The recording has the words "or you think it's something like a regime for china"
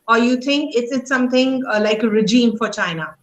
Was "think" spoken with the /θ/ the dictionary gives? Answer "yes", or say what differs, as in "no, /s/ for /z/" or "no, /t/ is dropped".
no, /t/ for /θ/